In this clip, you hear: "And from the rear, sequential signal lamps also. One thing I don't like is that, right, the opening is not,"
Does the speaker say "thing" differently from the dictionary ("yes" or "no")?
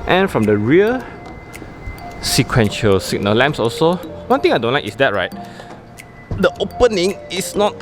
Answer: yes